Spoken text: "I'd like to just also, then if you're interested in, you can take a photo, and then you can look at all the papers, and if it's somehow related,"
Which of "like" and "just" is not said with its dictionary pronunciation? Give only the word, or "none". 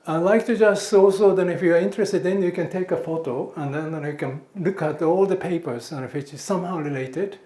none